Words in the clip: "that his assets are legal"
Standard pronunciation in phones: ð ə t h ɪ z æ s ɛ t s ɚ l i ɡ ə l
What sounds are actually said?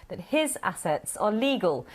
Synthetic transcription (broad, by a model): ð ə t h ɪ z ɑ s ɛ t s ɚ l i ɡ ə l